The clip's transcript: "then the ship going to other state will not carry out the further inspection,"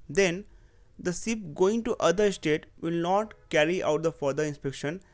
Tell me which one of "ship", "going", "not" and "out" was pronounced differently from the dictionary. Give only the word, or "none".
ship